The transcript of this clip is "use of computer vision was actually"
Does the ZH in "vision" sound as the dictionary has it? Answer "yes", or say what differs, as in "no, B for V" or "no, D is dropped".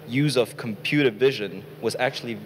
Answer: yes